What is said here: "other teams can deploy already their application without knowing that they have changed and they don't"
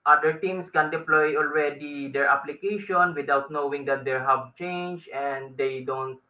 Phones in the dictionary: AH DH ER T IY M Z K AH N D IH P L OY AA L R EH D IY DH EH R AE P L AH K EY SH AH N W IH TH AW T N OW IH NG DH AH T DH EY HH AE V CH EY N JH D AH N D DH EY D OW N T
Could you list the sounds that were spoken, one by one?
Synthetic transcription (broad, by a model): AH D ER T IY M S K AH N D IH P L OY AA L R EH D IY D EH R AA P L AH K EY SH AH N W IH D AW T N OW IH NG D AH T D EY HH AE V CH EY N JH AH N D EY D OW N T